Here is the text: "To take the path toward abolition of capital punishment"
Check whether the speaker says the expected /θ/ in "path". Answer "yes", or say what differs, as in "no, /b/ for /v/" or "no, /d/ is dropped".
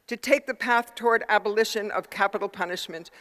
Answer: yes